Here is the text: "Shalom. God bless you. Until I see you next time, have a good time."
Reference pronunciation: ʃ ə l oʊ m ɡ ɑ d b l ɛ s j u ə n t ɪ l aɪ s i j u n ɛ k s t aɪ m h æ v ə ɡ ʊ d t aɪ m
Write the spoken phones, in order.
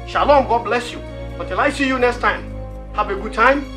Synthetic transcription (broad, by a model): ʃ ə l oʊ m ɡ ɑ d b l ɛ s j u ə t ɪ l aɪ s i j u n ɛ k s t aɪ m h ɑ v ə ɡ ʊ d t aɪ m